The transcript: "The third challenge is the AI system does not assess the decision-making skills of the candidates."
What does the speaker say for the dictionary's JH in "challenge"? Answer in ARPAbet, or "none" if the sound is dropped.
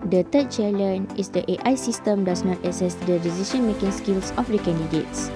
none